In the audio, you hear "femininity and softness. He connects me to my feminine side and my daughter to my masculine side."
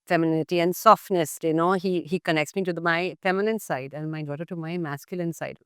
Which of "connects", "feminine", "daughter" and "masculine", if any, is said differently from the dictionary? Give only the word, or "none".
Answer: none